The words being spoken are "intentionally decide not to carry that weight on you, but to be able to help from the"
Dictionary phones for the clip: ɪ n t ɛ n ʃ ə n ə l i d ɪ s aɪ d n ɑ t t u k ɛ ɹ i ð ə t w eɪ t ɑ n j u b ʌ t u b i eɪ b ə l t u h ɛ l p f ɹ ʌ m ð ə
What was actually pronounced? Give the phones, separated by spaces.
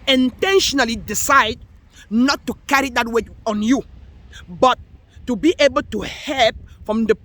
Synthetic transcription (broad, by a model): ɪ n t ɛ n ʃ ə n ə l i d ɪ s aɪ d n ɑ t t u k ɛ ɹ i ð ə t w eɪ ɑ n j u b ʌ t u b i eɪ b ə l t u h ɛ l p f ɹ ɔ m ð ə